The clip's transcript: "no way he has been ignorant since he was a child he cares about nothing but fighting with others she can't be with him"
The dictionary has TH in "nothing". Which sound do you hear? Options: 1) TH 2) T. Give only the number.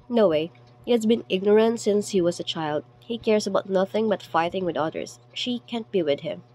1